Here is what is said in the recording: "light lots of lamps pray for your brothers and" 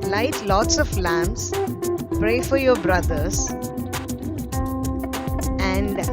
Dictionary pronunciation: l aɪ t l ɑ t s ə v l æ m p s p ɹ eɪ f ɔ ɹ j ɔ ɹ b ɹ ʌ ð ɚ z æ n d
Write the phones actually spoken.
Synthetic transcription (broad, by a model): l aɪ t l ɑ t s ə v l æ m s p ɹ eɪ f ɔ ɹ j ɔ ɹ b ɹ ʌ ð ɚ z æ n d